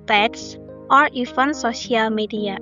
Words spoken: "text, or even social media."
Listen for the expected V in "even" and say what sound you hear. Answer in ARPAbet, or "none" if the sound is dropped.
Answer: F